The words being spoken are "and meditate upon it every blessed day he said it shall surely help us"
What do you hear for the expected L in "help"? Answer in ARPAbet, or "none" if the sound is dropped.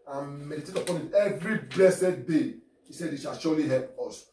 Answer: L